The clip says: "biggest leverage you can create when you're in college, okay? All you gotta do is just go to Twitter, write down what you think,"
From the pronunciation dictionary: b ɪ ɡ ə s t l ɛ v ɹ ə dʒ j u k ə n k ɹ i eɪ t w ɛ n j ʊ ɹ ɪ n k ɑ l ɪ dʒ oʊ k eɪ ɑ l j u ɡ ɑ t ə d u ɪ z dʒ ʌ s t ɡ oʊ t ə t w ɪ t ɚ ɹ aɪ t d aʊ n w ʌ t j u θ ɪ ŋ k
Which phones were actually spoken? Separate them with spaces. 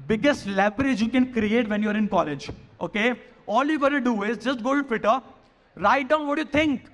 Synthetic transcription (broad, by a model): b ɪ ɡ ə s t l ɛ b ɹ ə dʒ j u k ə n k ɹ i eɪ t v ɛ n j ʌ ɹ ɪ n k ɑ l ɪ dʒ oʊ k eɪ ɑ l j u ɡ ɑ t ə d u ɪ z dʒ ʌ s t ɡ oʊ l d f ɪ t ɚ ɹ aɪ t d aʊ n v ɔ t j u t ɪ ŋ k